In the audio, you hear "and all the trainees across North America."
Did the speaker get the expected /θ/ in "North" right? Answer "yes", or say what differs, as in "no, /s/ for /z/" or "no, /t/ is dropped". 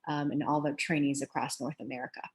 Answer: yes